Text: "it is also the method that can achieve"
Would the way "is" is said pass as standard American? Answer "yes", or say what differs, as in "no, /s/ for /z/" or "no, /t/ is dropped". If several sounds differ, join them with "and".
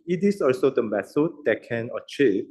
no, /s/ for /z/